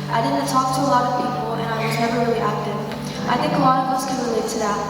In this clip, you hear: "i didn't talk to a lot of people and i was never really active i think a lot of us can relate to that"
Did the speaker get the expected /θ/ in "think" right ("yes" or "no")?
yes